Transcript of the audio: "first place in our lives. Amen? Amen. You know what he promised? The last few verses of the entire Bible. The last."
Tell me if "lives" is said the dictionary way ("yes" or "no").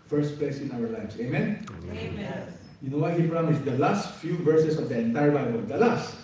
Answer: no